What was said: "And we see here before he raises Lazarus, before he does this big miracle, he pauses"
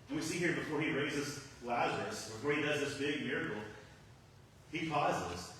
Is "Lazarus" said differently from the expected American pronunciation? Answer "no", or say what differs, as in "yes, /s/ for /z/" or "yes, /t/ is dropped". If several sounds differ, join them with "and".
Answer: no